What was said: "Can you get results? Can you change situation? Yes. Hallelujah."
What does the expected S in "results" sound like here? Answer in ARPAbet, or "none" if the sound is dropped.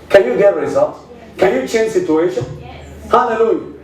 none